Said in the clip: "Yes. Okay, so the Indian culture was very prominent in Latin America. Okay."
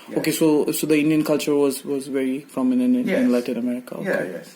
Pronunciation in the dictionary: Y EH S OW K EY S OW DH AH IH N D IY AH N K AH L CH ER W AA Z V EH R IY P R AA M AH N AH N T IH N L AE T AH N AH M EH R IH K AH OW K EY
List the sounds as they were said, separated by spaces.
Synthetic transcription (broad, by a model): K EH S OW S OW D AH IH N D IY AH N K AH L CH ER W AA Z V EH R IY F R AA M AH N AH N IH N L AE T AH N AH M EH R IH K AH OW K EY